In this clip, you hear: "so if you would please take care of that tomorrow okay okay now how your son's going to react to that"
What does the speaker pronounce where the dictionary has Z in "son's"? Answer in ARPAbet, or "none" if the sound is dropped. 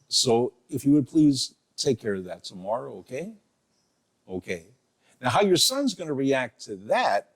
Z